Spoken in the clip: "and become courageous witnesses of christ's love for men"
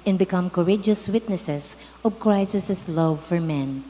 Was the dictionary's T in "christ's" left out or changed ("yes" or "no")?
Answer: yes